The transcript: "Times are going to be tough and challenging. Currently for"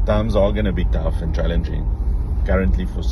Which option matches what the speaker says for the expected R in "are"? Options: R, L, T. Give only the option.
L